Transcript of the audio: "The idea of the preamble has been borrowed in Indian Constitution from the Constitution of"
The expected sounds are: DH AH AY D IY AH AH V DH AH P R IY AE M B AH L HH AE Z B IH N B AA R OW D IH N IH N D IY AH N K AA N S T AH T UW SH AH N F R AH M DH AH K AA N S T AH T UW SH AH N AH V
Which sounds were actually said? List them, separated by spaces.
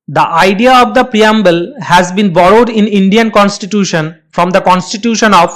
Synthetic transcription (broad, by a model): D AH AY D IY AH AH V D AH P R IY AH M B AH L HH AE Z B IH N B AA R OW D IH N IH N D IY AH N K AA N S T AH T UW SH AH N F R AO M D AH K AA N S T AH T UW SH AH N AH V